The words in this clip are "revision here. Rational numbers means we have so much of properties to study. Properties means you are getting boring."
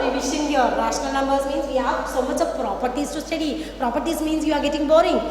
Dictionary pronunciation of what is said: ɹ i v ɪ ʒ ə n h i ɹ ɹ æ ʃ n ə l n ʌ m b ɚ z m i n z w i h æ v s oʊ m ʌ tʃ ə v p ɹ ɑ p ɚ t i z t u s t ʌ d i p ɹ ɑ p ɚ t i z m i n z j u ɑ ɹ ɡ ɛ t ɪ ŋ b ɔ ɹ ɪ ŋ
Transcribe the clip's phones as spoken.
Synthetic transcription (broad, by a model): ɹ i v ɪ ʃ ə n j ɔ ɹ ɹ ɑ s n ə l n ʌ m b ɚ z m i n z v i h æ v s oʊ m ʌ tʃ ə p ɹ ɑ p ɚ t i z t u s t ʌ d i p ɹ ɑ p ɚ t i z m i n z j u ɑ ɹ ɡ ɛ t ɪ ŋ b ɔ ɹ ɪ ŋ